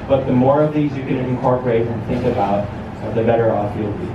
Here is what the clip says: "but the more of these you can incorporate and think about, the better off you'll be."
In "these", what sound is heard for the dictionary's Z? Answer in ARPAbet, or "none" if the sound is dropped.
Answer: Z